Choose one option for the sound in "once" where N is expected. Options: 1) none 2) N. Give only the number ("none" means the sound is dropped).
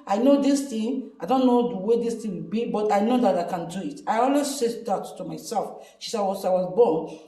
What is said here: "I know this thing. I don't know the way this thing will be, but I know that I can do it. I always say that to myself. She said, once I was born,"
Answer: 1